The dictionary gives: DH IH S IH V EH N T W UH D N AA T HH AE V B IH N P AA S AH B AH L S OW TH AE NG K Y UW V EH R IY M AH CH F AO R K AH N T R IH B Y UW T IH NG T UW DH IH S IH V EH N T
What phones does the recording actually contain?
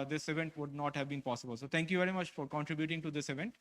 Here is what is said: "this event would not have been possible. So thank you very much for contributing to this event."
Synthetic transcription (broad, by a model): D IH S IH V EH N T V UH D N AA T HH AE V B IH N P AA S AH B AH L S OW T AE NG K Y UW V EH R IY M AH CH F AO R K AH N T R IH B Y UW T IH NG T UW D IH S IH V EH N T